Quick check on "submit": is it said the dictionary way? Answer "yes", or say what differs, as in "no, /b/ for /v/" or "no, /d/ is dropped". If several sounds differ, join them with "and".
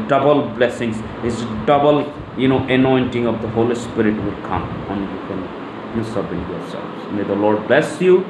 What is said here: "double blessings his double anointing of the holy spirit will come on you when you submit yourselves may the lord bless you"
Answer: no, /m/ is dropped